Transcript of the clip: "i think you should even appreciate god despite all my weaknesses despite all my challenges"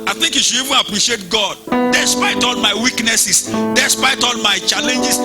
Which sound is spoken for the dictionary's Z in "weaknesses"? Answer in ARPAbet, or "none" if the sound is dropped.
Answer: S